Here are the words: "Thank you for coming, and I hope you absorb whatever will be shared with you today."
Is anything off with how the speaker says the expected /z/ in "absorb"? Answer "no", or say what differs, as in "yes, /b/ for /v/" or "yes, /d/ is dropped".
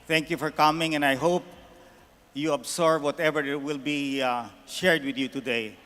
yes, /s/ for /z/